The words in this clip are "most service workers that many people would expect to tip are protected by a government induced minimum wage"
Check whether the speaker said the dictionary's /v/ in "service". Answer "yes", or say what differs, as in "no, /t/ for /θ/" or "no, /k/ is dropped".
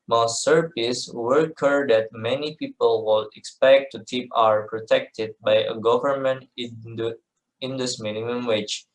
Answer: no, /p/ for /v/